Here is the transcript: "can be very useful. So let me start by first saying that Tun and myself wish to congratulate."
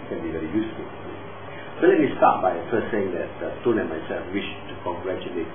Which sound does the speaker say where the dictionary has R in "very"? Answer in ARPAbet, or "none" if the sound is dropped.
R